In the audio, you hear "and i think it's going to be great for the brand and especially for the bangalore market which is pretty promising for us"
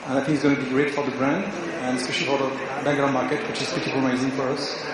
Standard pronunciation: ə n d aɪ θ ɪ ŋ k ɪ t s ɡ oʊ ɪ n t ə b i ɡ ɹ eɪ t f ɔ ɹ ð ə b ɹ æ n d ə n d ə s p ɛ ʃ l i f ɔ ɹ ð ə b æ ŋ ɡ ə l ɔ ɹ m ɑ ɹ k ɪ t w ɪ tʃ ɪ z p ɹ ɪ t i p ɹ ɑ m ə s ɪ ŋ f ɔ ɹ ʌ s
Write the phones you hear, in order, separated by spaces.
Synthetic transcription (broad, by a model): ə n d aɪ θ ɪ ŋ k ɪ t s ɡ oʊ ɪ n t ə b i ɡ ɹ eɪ t f ɔ ɹ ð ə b ɹ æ n d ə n ə s p ɛ ʃ l i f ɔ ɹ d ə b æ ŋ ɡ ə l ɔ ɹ m ɑ ɹ k ɪ t w ɪ tʃ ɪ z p ɪ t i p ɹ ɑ ə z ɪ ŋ f ɔ ɹ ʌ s